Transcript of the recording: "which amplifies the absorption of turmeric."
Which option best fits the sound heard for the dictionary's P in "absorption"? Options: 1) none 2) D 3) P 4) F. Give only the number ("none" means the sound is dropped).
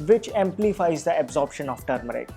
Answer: 3